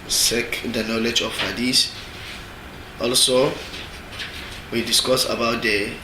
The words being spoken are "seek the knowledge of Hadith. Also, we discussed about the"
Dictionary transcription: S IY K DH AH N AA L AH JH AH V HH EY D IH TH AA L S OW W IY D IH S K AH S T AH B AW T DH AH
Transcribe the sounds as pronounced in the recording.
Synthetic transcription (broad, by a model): S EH K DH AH N AA L AH JH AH F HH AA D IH S AA L S OW W IY D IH S K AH S AH B AW T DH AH